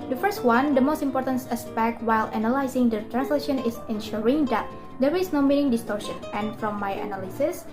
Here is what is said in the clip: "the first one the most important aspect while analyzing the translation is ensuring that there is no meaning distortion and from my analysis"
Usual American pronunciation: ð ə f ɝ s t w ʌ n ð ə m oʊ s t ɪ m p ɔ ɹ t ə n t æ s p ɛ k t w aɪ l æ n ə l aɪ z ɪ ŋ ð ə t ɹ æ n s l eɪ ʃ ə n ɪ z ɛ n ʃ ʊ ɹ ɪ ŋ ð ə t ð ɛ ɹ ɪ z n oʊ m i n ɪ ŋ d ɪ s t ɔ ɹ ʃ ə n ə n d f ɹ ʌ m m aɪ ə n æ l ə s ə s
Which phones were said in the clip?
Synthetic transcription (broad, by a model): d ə f ɝ s t w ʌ n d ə m oʊ s t ɪ m p ɔ ɹ t ə n t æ s p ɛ k t w aɪ l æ n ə l aɪ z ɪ ŋ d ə t ɹ æ n s l eɪ ʃ ə n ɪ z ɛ n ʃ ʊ ɹ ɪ ŋ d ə t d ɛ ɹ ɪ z n oʊ m i n ɪ ŋ d ɪ s t ɔ ɹ ʃ ə n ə n f ɹ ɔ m m aɪ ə n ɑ l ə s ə s